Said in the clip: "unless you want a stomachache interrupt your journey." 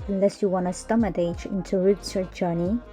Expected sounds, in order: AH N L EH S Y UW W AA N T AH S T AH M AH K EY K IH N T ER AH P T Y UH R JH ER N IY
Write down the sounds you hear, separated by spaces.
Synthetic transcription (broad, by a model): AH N L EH S Y UW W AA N AH S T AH M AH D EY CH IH N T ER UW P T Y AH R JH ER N IY